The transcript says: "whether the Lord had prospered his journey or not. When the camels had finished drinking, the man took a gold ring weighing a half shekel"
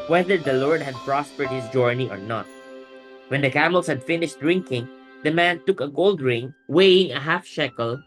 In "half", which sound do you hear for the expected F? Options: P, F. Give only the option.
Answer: F